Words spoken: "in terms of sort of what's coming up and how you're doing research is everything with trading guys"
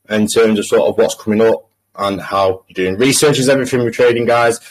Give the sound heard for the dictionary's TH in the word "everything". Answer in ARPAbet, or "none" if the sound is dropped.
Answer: F